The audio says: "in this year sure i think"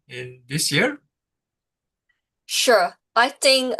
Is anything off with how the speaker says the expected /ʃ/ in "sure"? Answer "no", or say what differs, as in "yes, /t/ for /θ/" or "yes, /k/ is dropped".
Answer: no